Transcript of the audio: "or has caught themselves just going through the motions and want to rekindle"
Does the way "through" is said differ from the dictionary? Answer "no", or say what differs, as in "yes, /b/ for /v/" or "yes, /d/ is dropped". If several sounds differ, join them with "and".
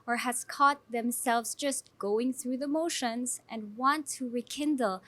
no